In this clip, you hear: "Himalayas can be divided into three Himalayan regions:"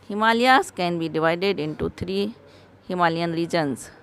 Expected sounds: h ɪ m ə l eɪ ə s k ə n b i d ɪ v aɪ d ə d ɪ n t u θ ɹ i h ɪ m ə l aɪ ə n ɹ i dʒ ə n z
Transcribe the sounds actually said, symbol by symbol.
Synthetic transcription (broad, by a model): h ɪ m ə l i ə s k ə n b i d ɪ v aɪ d ə d ɪ n t u t ɹ i h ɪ m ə l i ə n ɹ i dʒ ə n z